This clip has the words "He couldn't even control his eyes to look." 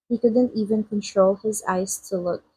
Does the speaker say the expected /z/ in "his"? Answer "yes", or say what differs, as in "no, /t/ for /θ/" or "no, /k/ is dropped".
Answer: yes